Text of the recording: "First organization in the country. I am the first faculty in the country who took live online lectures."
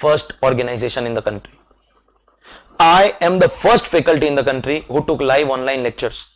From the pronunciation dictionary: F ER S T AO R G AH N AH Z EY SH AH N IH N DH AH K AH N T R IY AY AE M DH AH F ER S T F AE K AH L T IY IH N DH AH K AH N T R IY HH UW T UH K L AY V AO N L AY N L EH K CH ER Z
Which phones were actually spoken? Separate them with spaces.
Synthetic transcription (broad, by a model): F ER S T AO R G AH N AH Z EY SH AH N IH N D AH K AH N T R IY AY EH M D AH F ER S T F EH K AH L T IY IH N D AH K AH N T R IY HH UW T UH K L AY V AO N L AY N L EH K CH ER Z